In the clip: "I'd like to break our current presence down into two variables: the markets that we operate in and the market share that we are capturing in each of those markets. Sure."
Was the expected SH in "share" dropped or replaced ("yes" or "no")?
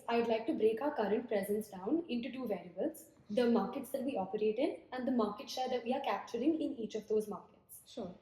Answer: yes